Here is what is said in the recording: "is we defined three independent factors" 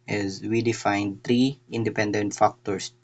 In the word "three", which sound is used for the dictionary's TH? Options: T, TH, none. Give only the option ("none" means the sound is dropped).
T